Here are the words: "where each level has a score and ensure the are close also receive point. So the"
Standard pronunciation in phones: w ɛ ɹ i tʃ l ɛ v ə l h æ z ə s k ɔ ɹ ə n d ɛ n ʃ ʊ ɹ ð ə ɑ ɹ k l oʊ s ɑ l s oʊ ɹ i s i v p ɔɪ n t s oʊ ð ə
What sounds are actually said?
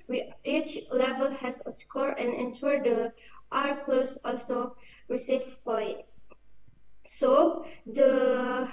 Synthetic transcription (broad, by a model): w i i tʃ l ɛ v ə l h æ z ə s k ɔ ɹ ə n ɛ n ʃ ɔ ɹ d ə ɑ ɹ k l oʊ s ɑ l s oʊ ɹ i s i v f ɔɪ t s oʊ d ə